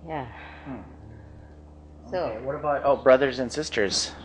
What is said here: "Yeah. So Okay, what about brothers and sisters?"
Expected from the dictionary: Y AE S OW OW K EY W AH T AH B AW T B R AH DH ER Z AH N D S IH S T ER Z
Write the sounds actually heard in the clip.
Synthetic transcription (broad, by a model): Y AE S OW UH W AH T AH B AW T B R AH DH ER Z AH N S IH S T ER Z